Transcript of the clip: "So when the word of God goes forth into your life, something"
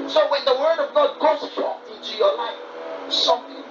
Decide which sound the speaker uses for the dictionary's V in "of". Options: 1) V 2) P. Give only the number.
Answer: 1